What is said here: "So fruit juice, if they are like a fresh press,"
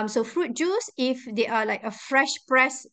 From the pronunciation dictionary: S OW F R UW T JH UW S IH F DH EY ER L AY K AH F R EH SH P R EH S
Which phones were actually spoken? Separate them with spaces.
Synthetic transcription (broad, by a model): S OW F R UW T JH UW S IH F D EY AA L AY K AH F R EH SH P R EH S